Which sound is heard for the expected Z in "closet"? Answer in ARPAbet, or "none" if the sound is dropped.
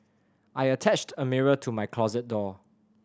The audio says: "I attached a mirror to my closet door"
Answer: Z